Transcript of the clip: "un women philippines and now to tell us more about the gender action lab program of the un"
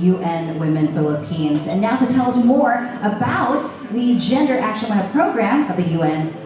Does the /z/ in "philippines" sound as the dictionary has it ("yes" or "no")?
yes